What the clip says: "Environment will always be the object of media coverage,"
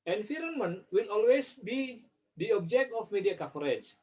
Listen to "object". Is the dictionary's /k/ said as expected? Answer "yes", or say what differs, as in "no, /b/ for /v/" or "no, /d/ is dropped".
yes